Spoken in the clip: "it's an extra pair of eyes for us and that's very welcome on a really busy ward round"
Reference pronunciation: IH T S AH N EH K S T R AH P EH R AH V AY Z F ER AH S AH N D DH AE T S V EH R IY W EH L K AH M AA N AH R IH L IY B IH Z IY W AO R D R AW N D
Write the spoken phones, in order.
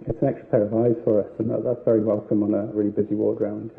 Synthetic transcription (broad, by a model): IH T S AH N EH K S T R AH P EH R AH V AY Z F ER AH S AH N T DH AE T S V EH R IY W EH L K AH M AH N AH R IH L IY B IH Z IY W AO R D R AW N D